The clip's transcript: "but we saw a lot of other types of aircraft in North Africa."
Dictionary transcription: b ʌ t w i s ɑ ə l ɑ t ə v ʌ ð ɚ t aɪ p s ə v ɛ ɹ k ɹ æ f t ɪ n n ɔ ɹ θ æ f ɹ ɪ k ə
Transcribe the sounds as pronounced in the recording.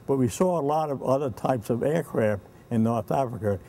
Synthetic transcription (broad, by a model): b ʌ t w i s ɑ ə l ɑ t ə v ʌ ð ɚ t aɪ p s ə v ɛ ɹ k ɹ æ f t ɪ n n ɔ ɹ θ æ f ɹ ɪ k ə